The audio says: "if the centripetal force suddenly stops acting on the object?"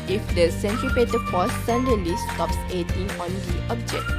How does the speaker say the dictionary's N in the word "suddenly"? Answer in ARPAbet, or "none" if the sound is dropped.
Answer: none